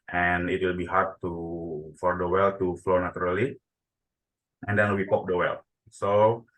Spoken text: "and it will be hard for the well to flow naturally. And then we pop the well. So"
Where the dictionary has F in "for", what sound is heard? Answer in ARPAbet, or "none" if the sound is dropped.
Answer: F